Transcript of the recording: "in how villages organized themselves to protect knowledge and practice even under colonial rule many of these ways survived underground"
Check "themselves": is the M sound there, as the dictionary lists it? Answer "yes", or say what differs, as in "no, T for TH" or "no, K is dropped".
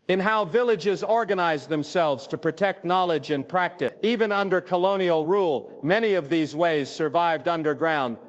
yes